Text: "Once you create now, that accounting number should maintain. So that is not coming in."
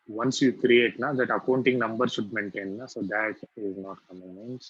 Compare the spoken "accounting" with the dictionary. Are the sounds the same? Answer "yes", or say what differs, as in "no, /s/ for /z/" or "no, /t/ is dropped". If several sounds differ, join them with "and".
yes